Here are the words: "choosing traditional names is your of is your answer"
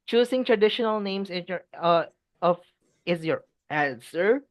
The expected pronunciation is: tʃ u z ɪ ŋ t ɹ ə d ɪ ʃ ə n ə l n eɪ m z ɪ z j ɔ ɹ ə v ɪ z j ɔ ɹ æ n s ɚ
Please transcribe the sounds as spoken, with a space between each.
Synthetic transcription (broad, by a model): tʃ u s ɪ ŋ t ɹ ə d ɪ ʃ ə n ə l n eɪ m s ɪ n j ɔ ɹ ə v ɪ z j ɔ ɹ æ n s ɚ